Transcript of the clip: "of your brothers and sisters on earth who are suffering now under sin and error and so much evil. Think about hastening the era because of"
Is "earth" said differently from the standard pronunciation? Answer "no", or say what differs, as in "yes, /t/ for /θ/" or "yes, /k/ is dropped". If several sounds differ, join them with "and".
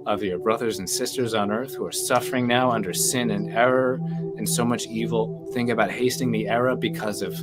no